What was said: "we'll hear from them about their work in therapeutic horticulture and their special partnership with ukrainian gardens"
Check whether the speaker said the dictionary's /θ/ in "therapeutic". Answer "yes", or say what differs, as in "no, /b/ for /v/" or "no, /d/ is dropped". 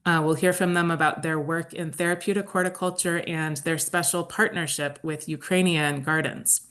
yes